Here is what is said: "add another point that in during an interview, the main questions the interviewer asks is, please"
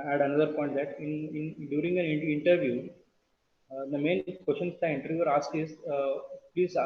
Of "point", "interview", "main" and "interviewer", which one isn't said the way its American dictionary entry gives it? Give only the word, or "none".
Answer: interviewer